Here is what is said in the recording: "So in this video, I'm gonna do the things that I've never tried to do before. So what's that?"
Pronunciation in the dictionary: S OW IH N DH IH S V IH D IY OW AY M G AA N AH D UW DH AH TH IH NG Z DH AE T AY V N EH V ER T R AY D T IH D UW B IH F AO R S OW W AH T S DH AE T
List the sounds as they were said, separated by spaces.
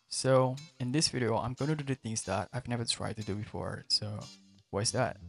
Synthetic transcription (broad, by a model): S OW IH N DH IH S V IH D IY OW AY M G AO AH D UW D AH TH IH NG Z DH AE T AY V N EH V ER T R AY D T IH D UW B IH F AO R S OW W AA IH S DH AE T